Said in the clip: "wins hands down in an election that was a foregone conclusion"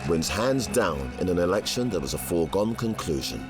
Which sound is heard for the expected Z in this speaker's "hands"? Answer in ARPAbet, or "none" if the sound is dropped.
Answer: Z